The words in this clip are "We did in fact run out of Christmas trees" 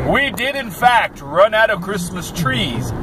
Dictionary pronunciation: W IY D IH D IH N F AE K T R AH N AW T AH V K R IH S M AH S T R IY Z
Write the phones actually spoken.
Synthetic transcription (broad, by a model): W IY D IH D IH N F AE K T R AH N AW T AH V K R IH S M AH S T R IY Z